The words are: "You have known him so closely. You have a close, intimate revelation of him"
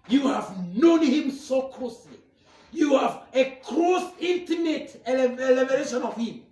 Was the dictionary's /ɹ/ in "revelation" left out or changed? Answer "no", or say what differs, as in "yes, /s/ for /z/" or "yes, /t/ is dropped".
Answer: yes, /l/ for /ɹ/